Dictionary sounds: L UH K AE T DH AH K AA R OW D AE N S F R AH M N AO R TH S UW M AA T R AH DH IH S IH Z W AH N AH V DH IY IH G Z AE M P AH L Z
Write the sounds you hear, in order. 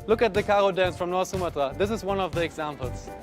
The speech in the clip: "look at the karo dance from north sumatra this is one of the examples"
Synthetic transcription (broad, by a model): L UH K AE T DH AH K AA R OW D AE N S F R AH M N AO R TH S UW M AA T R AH DH IH S IH Z W AH N AH V DH IY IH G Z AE M P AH L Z